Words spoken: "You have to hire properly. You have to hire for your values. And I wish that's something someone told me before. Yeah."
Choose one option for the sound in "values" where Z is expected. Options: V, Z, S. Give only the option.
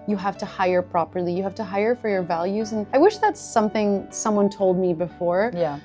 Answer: Z